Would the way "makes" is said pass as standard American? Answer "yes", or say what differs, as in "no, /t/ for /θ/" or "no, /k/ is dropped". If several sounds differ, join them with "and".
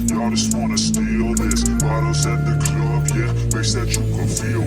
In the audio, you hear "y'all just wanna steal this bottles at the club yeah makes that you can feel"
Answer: no, /k/ is dropped